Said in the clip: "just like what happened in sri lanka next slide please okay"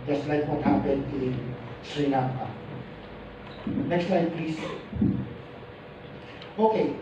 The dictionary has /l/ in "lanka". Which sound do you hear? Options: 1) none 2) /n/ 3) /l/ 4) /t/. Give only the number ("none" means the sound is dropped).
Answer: 2